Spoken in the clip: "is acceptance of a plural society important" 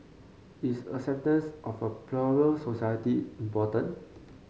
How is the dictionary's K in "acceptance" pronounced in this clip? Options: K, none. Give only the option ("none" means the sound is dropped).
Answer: none